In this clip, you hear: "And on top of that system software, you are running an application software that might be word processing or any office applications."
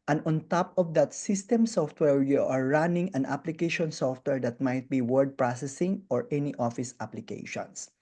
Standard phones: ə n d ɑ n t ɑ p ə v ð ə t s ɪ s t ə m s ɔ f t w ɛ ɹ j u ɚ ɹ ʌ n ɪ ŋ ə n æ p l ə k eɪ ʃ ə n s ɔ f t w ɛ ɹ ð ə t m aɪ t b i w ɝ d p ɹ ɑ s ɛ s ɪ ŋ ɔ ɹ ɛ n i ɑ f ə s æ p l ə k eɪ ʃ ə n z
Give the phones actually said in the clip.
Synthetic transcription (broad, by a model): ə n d ɑ n t ɑ p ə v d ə t s ɪ s t ə m s ɔ f t w ɛ ɹ j u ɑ ɹ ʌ n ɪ ŋ ə n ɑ p l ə k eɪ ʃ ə n s ɔ f t w ɛ ɹ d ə t m aɪ t b i w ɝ d p ɹ ɑ s ɛ s ɪ ŋ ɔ ɹ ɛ n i ɑ f ə s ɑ p l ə k eɪ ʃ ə n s